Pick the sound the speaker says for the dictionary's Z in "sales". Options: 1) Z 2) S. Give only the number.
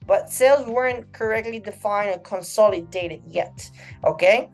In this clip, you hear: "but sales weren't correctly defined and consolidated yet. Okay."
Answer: 1